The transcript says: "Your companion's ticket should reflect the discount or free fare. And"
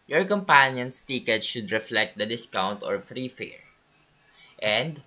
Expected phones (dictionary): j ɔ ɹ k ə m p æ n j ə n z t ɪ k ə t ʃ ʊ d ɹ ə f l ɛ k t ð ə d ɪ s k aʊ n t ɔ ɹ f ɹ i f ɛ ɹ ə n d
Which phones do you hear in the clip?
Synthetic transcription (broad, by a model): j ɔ ɹ k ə m p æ n j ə n s t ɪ k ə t ʃ ʊ d ɹ ə f l ɛ k t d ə d ɪ s k aʊ n t ɔ ɹ f ɹ i f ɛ ɹ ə n d